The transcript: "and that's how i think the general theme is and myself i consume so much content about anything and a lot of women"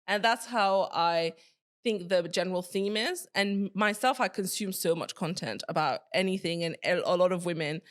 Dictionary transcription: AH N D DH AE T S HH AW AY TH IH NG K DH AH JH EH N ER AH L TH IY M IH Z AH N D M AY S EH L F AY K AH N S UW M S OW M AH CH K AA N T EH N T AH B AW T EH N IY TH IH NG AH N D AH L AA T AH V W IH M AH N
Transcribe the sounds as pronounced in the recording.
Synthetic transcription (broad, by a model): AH N DH AE T S HH AW AY TH IH NG K DH AH JH EH N ER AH L TH IY M IH Z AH N M AY S EH L F AY K AH N S UW M S OW M AH CH K AA N T EH N T AH B AW T EH N IY TH IH NG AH N AH L AA T AH V W IH M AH N